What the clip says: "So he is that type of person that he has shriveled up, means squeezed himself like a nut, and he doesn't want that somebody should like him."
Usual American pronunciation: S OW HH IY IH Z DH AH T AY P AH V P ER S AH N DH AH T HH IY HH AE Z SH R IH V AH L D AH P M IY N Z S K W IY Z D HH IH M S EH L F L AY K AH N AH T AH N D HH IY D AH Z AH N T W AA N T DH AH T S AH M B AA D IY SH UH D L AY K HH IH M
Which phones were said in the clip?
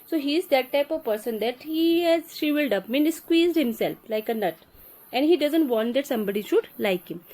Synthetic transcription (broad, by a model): S OW HH IY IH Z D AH T AY P AH V P ER S AH N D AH T HH IY HH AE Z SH IY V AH L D AH P M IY N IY S K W IY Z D HH IH M S EH L F L AY K AH N AH T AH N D HH IY D AH Z AH N T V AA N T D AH T S AH M B AA D IY SH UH D L AY K HH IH M